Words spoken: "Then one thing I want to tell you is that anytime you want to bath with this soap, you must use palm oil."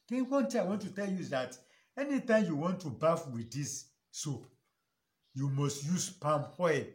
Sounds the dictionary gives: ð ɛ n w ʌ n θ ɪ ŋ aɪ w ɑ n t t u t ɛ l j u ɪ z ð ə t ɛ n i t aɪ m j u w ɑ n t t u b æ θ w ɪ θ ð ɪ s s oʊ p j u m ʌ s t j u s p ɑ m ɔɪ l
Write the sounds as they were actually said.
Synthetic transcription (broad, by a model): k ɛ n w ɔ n t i aɪ w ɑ n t t u t ɛ l j u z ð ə t ɛ n i t aɪ m j u w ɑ n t t u b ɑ f w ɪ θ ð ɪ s s oʊ p j u m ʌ s t j u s p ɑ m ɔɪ